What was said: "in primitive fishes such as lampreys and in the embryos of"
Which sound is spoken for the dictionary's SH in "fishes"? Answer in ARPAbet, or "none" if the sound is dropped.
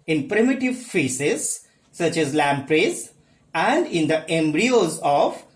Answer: S